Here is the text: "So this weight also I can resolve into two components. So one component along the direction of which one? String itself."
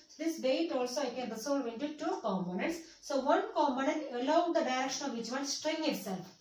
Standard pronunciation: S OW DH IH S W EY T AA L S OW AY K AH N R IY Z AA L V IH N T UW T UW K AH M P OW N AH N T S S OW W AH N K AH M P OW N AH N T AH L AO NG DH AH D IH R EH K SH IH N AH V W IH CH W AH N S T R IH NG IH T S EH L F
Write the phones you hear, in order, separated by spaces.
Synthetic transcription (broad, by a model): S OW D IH S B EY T AA L S OW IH K AH N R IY S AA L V IH N T UW T UW K AH M P OW N AH N T S S OW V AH N K AH M P OW N AH N T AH L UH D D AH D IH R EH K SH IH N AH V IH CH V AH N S T R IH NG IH T S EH L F